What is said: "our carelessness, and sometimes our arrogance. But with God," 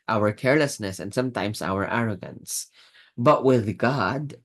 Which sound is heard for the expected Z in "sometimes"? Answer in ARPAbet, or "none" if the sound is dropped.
S